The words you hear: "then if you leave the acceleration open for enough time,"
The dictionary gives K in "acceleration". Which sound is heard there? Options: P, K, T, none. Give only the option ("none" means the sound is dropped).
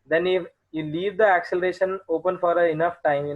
K